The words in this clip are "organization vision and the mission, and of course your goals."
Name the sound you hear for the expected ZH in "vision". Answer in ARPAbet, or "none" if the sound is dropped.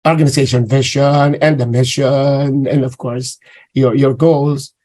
SH